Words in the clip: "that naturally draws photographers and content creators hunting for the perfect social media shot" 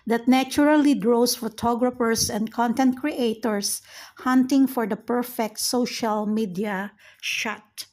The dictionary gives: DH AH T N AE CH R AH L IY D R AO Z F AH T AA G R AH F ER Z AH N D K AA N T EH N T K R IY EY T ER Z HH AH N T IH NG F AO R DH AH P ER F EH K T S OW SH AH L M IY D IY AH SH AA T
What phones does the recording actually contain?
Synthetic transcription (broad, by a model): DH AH T N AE CH R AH L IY D R AO S F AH T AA G R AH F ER S AH N D K AA N T EH N T K R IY EY T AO S HH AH N T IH NG F AO R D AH P ER F EH K T S OW SH AH L M IY D IY AH SH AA T